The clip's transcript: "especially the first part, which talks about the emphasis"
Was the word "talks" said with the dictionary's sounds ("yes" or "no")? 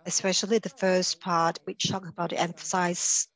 no